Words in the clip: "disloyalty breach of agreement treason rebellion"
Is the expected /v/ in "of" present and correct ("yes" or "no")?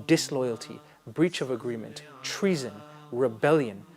yes